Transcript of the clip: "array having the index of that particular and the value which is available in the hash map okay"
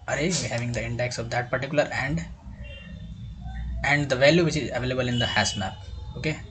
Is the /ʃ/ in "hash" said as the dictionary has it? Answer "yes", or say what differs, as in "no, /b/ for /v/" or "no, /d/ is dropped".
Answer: no, /s/ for /ʃ/